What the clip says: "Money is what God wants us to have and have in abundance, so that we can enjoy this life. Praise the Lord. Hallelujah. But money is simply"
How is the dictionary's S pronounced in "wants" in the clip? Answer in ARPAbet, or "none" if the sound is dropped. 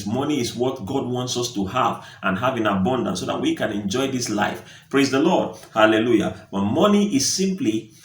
S